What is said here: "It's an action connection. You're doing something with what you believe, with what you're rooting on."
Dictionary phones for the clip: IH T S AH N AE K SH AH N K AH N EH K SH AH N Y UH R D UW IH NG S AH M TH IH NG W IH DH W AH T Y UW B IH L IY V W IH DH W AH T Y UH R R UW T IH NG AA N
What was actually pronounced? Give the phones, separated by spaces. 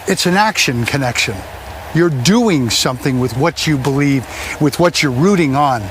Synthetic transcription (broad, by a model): IH T S AH N AE K SH AH N K AH N EH K SH AH N Y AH R D UW IH NG S AH M TH IH NG W IH DH W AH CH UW B IH L IY V W IH DH W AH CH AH R R UW T IH NG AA N